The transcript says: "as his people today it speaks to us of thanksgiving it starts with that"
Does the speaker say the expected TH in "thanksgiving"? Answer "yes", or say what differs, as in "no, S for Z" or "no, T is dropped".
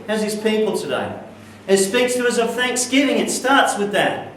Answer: yes